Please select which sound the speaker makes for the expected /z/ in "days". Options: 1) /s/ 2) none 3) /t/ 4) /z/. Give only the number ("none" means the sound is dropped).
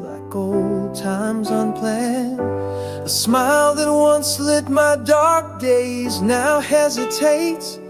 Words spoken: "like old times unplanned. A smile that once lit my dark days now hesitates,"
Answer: 4